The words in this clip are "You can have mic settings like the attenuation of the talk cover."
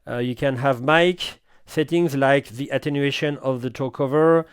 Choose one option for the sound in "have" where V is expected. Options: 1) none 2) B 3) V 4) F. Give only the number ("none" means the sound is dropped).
3